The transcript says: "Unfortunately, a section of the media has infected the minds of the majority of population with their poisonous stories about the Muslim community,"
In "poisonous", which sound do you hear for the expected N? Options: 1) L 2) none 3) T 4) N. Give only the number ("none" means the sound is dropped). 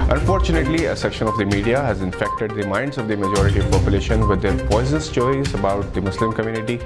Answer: 2